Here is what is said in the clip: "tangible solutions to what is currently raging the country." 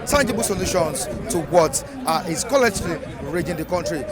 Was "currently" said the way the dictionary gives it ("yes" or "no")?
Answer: no